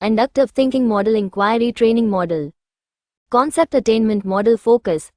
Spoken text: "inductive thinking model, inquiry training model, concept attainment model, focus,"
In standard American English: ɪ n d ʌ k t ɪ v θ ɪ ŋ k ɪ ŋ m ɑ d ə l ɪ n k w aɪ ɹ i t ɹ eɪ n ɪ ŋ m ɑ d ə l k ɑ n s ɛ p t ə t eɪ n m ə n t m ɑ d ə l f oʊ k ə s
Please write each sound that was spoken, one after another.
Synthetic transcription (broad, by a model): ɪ n d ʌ k t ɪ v t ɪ ŋ k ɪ ŋ m ɑ d ə l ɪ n k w aɪ ɹ i t ɹ eɪ n ɪ ŋ m ɑ d ə l k ɑ n s ɛ p t ə t eɪ n m ə n t m ɑ d ə l f oʊ k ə s